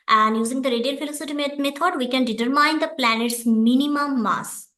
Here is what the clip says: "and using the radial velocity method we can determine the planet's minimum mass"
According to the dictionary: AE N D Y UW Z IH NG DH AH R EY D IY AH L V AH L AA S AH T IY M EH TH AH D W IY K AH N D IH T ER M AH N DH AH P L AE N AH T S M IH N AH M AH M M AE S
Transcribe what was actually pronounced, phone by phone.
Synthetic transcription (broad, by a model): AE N D Y UW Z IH NG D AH R EY D IY AH L F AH L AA S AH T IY M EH T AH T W IY K AH N D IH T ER M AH N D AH P L AE N AH T S M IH N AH M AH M M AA S